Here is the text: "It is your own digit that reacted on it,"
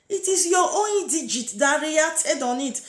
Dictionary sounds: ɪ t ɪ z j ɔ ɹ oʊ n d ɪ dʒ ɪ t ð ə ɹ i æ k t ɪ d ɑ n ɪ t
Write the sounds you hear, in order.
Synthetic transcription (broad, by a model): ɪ t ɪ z j ɔ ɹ oʊ n d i dʒ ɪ t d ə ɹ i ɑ t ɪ d ɑ n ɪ t